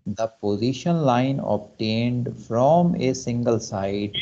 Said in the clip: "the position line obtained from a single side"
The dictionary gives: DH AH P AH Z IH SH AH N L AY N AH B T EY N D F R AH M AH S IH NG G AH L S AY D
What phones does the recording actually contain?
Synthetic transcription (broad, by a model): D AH P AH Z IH SH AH N L AY N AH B T EY N D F R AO M AH S IH NG G AH L S AY D